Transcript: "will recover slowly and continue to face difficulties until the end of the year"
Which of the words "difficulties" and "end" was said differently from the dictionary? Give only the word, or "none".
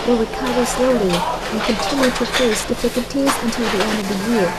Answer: none